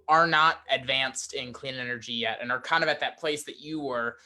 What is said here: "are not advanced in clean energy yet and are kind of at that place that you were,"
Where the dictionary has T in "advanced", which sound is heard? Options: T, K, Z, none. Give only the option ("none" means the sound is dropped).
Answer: T